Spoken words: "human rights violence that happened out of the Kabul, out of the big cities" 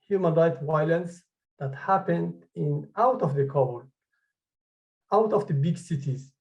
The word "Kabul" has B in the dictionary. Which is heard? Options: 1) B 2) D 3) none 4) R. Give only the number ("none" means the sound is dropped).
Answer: 3